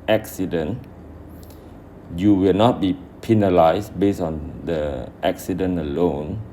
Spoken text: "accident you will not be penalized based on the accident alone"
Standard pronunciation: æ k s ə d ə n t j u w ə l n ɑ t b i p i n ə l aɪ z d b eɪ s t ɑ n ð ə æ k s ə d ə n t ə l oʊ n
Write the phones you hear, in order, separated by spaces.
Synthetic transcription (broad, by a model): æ k s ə d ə n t j u w ə l n ɑ t b i p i n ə l aɪ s b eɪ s ɑ n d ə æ k s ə d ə n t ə l oʊ n